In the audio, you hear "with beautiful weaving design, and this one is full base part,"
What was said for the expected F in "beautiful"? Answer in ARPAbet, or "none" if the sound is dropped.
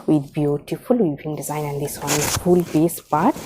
F